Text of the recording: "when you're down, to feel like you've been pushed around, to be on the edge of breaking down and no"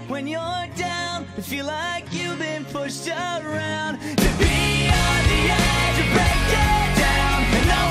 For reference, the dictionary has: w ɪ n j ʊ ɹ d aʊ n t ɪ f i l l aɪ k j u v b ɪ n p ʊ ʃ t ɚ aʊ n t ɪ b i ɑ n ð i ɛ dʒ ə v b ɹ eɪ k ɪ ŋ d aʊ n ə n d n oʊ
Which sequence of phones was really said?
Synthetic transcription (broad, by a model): w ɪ n j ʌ ɹ d aʊ n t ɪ f i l l aɪ k j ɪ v b ɪ n p ʊ ʃ t ɚ aʊ n t ɪ b i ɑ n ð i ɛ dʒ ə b ɹ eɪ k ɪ d aʊ n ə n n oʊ